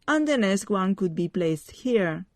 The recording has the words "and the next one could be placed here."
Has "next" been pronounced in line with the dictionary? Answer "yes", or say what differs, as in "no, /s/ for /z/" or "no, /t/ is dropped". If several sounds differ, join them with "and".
no, /k/ is dropped